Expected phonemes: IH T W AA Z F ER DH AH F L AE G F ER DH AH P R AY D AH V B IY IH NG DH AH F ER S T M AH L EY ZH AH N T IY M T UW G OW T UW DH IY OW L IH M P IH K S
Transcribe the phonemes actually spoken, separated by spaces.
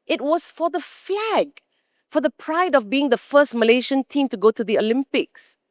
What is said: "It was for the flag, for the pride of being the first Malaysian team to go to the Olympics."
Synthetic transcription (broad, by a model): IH T W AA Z F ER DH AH F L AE G F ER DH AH P R AY D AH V B IY IH NG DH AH F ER S T M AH L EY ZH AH N T IY M T UW G OW T UW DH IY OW L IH M P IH K S